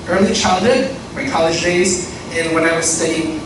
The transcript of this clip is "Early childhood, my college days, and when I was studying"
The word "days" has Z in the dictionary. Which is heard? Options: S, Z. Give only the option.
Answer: Z